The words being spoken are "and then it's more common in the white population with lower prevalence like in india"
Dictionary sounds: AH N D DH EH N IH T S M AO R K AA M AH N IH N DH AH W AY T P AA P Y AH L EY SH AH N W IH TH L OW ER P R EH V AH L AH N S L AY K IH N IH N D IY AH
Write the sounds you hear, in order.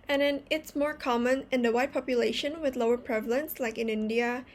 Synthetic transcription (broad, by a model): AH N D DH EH N IH T S M AO R K AA M AH N IH N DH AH W AY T P AA P Y AH L EY SH AH N W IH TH L OW ER P R EH V AH L AH N S L AY K IH N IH N D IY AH